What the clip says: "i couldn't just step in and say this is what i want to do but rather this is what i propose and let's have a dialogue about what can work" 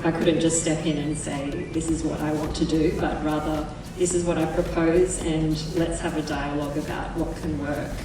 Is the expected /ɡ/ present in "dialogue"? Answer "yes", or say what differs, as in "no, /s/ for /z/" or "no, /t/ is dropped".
yes